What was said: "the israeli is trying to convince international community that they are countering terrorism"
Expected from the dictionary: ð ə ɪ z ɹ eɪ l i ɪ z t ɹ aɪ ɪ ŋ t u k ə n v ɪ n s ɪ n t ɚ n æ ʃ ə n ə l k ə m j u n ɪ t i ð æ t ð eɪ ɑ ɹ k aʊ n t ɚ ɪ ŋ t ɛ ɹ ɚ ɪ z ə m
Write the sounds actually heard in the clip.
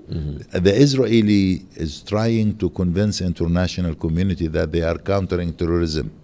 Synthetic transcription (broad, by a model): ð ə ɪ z ɹ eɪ l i ɪ z t ɹ aɪ ɪ ŋ t u k ə n v ɪ n s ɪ n t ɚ n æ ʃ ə n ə l k ə m j u n ɪ t i ð æ t ð eɪ ɑ ɹ k aʊ n t ɚ ɪ ŋ t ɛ ɹ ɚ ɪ z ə m